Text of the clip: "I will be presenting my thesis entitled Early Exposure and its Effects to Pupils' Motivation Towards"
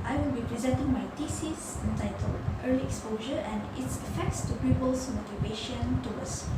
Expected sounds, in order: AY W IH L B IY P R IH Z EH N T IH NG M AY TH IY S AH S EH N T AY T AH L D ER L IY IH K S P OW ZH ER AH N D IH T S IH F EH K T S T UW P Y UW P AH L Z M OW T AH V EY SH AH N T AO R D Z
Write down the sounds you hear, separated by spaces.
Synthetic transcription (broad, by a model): AY W IH L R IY P R IH Z EH N T IH NG M AY T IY S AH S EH N T AY T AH L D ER L IY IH K S P OW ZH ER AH N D IH T S IH F EH K T S T UW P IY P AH L S M OW T AH V EY SH AH N T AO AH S